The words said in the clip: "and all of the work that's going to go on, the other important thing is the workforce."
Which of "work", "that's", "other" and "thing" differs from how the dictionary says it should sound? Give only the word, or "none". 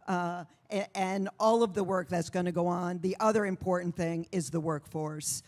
none